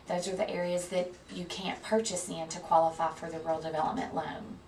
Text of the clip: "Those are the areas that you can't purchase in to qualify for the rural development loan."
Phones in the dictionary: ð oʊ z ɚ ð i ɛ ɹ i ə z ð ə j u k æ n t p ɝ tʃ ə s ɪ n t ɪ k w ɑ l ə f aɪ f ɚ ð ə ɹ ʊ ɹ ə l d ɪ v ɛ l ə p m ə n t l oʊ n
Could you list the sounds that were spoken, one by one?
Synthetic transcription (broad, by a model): ð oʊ z ɚ ð i ɛ ɹ i ə z ð ə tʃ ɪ k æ n p ɝ tʃ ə s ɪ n t ɪ k w ɑ l ə f aɪ f ɚ ð ə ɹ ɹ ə l d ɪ v ɛ l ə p m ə n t l oʊ n